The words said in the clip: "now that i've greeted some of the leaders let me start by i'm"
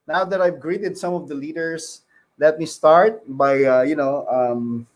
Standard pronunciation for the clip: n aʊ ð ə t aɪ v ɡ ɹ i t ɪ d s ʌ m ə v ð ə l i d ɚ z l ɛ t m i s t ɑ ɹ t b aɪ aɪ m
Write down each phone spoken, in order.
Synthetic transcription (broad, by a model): n aʊ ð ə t aɪ v ɡ ɹ i t ɪ d s ʌ m ə v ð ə l i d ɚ s l ɛ t m i s t ɑ ɹ t b aɪ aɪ m